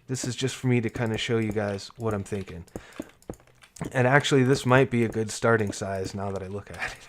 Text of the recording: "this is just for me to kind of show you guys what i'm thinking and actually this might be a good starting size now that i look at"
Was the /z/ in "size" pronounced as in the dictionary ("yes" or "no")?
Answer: yes